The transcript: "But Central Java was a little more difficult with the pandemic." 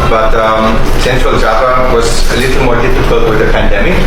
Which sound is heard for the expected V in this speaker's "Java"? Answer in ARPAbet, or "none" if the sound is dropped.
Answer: P